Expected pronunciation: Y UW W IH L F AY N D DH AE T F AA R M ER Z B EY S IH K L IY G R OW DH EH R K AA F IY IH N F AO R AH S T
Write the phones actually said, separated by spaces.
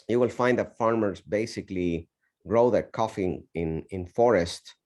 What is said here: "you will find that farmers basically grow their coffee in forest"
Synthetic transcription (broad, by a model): Y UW W IH L F AY N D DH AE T F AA R M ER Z B EY S IH K L IY G R OW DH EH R K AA F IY IH N F AO R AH S T